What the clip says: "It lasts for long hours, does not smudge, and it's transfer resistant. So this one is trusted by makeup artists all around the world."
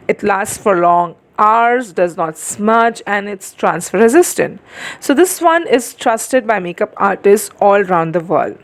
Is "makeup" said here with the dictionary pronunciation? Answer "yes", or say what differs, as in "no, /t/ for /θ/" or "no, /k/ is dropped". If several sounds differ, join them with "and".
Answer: yes